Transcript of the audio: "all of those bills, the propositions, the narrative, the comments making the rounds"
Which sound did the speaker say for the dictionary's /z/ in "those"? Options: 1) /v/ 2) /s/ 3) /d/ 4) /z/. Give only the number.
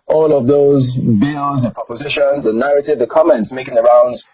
4